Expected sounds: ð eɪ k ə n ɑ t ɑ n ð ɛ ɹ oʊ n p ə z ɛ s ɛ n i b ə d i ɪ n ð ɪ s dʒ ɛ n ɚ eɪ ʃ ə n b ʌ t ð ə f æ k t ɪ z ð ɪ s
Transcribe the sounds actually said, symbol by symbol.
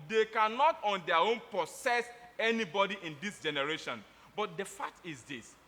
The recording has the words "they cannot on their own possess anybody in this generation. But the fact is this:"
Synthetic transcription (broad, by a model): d eɪ k ə n ɑ t ɑ n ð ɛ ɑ oʊ n p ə s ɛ s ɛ n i b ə d i ɪ n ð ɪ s dʒ ɛ n ɚ eɪ ʃ ə n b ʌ t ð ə f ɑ k t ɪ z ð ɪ s